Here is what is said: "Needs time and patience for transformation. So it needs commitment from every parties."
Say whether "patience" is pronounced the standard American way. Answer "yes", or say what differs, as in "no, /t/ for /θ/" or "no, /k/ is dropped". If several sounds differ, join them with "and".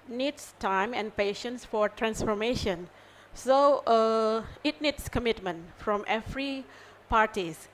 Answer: yes